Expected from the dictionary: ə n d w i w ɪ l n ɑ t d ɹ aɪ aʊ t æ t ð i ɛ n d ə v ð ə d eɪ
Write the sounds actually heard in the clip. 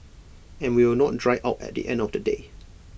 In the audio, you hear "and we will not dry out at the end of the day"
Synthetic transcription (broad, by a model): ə n w i w ɪ l n ɑ t d ɹ aɪ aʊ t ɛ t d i ɛ n d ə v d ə d eɪ